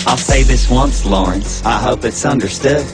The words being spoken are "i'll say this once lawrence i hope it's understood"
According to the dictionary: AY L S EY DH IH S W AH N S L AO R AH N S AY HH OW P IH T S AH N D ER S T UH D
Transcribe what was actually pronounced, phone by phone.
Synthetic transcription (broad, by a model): AY L S EY DH IH S W AH N S L AO R AH N S AY HH OW P IH T S AH N D ER S T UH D